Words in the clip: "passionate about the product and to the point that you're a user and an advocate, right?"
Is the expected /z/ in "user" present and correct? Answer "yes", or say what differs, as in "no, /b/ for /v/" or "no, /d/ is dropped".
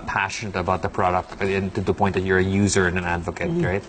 yes